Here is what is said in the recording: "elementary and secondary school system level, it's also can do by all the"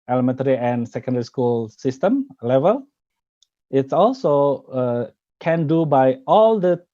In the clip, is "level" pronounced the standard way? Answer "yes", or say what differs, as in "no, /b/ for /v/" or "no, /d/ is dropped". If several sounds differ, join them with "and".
yes